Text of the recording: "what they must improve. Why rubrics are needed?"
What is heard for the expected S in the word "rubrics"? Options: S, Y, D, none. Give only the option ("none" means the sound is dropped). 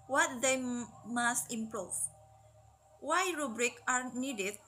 none